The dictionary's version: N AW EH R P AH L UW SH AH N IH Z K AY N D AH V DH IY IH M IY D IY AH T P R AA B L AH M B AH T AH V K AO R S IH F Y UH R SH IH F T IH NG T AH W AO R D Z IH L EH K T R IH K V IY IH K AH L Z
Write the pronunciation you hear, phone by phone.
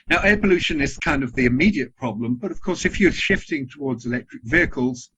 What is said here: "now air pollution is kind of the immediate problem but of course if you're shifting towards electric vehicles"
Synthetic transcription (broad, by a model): N AW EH P AH L UW SH AH N IH Z K AY N D AH V DH IY IH M IY D IY AH T P R AA B L AH M B AH T AH V K AO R S IH F Y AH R SH IH F T IH NG T AH W AO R D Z IH L EH K T R IH K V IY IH K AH L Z